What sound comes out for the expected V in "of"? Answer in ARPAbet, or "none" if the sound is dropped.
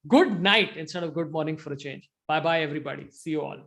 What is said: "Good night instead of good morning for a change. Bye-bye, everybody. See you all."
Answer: V